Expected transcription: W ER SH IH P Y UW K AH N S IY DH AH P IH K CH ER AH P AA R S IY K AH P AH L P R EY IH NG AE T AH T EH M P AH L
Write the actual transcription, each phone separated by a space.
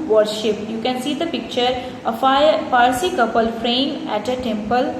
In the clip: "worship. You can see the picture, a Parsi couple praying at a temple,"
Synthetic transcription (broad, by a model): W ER SH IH P Y UW K AH N S IY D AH P IH K CH ER AH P AA R S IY K AH P AH L F R EY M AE T AH T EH M P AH L